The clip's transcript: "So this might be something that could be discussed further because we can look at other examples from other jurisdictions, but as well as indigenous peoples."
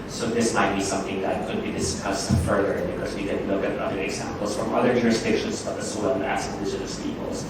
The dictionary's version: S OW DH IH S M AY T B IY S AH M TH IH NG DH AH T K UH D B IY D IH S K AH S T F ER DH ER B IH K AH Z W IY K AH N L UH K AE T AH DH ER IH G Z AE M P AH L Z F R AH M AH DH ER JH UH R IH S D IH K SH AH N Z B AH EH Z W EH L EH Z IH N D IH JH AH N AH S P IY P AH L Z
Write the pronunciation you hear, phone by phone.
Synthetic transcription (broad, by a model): S OW DH IH S M AY T B IY S AH M TH IH NG DH AH T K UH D B IY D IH S K AH S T F ER DH ER B IH K AH Z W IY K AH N L UH K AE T AH DH ER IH G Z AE M P L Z F R AH M AH DH ER JH UH R IH S D IH K SH AH N Z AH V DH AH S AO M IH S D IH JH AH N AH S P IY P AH L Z